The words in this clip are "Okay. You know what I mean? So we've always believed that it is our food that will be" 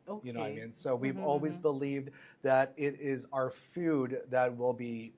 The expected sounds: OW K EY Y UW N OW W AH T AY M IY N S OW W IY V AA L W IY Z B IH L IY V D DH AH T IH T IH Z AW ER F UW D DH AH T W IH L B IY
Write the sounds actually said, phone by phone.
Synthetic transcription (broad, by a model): OW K Y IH N OW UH AY M IY N S OW W IY V AA L W IY Z B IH L IY V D DH AH T IH T IH Z AW ER F UW D DH AH T W IH L B IY